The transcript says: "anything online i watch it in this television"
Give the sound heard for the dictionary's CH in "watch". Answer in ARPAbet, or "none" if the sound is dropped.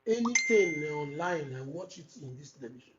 CH